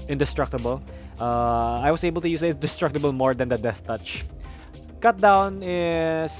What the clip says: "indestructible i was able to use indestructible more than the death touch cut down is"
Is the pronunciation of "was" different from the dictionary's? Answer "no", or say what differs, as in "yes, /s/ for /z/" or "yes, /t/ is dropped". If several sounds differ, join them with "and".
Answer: yes, /s/ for /z/